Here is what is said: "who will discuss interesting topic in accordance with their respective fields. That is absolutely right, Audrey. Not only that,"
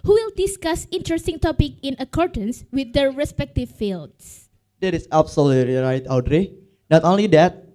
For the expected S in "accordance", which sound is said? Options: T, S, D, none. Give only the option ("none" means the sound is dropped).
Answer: S